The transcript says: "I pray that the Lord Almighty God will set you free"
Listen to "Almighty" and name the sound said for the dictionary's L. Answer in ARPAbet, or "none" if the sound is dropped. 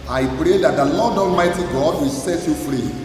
L